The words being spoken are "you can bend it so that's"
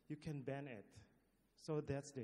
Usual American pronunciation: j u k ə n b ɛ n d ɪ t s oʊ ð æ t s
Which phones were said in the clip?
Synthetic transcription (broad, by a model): j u k ə n b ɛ n ɪ t s oʊ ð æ t s